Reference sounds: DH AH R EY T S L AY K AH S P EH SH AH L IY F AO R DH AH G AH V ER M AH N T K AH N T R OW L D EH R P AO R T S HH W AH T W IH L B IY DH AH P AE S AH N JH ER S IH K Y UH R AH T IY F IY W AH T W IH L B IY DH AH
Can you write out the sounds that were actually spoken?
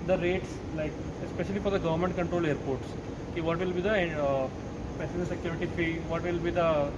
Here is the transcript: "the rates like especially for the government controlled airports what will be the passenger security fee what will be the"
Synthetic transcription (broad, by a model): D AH R EY T S L AY K S P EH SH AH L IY F AO R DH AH G AH V ER M AH N T K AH N T R OW L EH R P AO R T S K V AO T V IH L B IY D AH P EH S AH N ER S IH K Y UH R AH T IY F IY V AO T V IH L B IY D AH